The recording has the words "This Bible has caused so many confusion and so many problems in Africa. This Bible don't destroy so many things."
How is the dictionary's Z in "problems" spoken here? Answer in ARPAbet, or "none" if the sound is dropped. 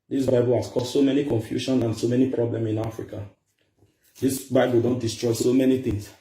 none